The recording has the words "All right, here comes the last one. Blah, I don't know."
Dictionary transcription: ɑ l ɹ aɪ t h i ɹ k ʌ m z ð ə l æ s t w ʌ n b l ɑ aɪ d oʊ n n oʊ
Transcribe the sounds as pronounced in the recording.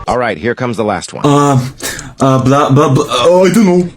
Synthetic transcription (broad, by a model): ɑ l ɹ aɪ t h i ɹ k ʌ m z ð ə l æ s t w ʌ l b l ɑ aɪ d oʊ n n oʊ